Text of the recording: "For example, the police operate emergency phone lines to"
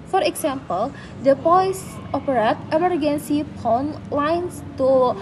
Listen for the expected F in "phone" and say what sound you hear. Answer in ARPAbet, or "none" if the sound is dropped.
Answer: P